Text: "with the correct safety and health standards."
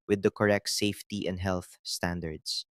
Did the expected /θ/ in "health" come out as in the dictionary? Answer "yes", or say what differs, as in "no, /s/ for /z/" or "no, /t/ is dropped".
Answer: yes